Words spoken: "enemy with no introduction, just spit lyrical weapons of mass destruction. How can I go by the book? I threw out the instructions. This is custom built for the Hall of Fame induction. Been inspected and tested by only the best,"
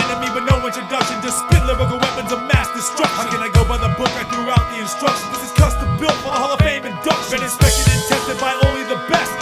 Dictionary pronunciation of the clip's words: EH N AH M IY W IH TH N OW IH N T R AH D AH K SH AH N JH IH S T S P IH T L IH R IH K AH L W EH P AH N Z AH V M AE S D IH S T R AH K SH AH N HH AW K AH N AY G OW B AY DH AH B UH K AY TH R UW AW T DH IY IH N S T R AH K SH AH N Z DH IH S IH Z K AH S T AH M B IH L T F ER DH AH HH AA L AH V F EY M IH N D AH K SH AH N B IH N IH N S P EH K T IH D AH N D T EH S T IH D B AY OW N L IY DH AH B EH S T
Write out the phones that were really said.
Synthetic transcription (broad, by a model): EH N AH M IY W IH N OW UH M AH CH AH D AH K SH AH N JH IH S S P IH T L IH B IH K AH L W EH P AH N Z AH M AE S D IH S T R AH K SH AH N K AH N AY G OW B AY DH AH B UH K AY TH R UW AW T DH IY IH N S T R AH K SH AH N DH IH S IH Z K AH S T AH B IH L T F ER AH HH AA L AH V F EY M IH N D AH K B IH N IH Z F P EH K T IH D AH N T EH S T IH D B AY OW N L IY DH AH B EH S T